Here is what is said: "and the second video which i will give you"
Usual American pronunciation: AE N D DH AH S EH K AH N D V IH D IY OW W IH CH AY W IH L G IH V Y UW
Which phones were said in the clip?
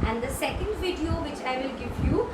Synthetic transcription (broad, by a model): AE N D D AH S EH K AH N D V IH D IY OW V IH CH AY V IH L G IH V Y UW